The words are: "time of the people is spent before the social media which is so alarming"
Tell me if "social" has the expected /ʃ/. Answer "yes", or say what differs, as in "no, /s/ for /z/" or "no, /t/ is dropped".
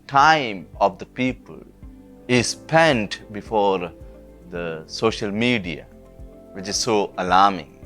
yes